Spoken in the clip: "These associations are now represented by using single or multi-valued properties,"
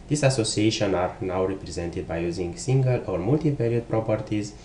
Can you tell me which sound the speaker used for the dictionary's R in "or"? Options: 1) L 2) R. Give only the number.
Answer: 2